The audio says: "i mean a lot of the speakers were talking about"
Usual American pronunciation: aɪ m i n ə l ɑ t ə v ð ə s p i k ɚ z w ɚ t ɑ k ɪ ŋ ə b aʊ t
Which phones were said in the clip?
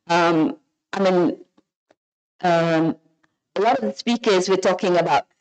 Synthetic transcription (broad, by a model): aɪ m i n ə l ɑ t ə v ð ə s p i k ɚ z w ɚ t ɑ k ɪ ŋ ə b aʊ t